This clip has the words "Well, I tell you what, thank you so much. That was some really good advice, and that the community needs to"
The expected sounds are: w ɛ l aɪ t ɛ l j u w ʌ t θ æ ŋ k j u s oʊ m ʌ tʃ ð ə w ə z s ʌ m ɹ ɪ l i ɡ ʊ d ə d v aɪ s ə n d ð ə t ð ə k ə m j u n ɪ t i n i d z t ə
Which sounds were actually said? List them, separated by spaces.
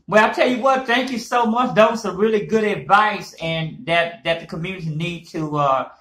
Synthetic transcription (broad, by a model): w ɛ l aɪ t ɛ l j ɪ w ʌ t θ æ ŋ k j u s oʊ m ʌ tʃ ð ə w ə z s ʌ ɹ ɪ l i ɡ ʊ d ə d v aɪ s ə n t ð ə t ð ə k ə m j u n ɪ t i n i d t ə